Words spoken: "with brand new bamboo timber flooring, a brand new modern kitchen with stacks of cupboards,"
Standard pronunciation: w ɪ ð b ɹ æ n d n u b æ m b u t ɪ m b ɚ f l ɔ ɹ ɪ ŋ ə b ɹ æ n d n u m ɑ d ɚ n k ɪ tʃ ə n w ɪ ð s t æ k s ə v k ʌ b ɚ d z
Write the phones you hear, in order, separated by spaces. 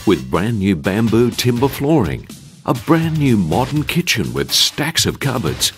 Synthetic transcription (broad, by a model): w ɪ ð b ɹ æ n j u b æ m b u t ɪ m b ɚ f l ɔ ɹ ɪ ŋ ə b ɹ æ n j u m ɑ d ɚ n k ɪ tʃ ə n w ɪ ð s t æ k s ə v k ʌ b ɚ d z